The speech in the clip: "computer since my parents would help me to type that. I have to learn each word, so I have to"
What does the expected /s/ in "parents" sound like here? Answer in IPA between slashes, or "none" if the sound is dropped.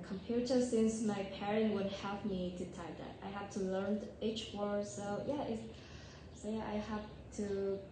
none